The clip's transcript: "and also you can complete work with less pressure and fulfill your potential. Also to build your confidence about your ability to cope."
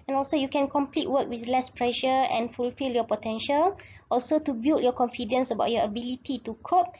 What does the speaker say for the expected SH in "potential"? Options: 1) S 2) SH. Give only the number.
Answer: 2